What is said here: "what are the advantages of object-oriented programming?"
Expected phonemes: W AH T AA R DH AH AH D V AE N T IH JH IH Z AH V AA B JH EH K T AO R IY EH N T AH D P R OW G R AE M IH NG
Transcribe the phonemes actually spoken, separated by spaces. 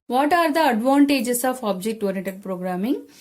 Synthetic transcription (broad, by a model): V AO T AA R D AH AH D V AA N T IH JH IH S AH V AA B JH EH K T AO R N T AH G P R OW G R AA M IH NG